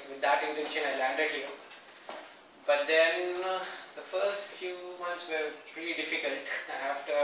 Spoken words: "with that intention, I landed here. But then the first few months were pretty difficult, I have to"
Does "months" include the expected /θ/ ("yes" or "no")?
no